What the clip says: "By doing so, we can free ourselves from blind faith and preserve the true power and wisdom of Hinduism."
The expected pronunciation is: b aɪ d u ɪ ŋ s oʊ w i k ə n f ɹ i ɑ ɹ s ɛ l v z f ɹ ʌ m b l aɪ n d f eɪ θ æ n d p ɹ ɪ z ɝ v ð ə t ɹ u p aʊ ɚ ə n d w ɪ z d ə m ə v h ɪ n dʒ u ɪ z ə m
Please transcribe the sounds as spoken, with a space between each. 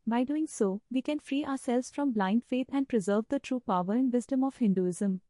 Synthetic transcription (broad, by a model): b aɪ d u ɪ ŋ s oʊ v i k ə n f ɹ i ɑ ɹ s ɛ l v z f ɹ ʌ m b l aɪ n d f eɪ t æ n d p ɹ ɪ z ɝ v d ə t ɹ u p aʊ ɚ ə n d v ɪ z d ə m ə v h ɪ n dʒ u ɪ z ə m